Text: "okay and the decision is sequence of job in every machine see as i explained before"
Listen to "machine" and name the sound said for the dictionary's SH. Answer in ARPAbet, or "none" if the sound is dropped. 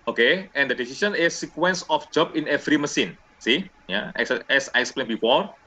S